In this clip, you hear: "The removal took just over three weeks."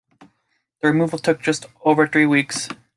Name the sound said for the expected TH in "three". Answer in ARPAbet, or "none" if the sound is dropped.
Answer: TH